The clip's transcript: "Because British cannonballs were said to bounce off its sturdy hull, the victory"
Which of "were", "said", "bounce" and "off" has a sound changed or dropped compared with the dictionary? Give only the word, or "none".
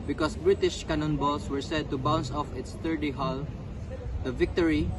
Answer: none